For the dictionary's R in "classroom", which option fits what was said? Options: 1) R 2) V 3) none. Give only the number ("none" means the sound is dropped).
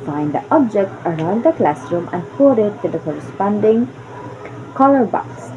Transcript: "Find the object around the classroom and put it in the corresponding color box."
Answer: 1